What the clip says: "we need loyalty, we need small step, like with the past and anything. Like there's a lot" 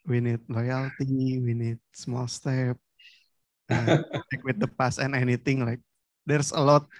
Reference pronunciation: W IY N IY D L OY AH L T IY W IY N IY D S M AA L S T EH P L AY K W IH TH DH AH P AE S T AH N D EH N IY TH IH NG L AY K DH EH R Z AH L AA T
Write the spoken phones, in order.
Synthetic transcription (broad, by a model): W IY N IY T L OY AH L T IY W IY N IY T S M AA L S T EH P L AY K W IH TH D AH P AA S AH N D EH N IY T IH NG L AY K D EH R S AH L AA T